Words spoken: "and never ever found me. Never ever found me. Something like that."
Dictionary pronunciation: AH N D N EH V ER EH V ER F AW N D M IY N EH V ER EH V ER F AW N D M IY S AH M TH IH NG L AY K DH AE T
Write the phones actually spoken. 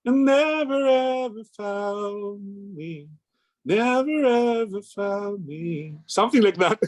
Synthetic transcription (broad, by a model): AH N N EH V ER EH V ER F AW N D M IY N EH V ER EH V ER F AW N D M IY S AH M TH IH NG L AY K DH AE T